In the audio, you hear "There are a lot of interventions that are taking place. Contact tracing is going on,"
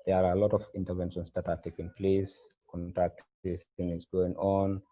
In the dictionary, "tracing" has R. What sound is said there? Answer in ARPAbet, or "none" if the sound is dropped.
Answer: none